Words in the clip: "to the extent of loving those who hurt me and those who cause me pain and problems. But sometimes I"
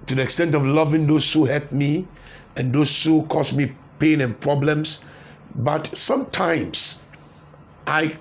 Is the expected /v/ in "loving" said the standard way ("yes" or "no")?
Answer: yes